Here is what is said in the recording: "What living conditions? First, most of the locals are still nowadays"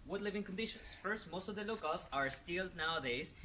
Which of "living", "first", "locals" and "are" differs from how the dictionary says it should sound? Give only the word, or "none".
locals